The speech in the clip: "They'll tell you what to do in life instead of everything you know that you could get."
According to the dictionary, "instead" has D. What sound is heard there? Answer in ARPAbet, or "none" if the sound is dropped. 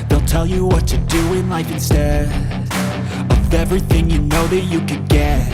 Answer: none